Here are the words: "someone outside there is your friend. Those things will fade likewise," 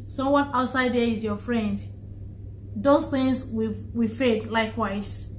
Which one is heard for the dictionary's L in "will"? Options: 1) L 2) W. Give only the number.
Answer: 2